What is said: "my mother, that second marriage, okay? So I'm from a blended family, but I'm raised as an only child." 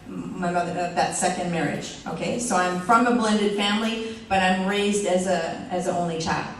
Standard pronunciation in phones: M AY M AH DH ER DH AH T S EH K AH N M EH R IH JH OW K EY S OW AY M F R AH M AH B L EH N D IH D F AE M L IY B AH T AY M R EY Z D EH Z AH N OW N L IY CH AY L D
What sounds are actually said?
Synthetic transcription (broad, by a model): M AY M AH DH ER DH AH T S EH K AH N M EH R IH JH OW K EY S OW AY M F R AH M AH B L EH N D IH D F AE M L IY B AH T AY M R EY Z D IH Z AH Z OW N L IY CH AY L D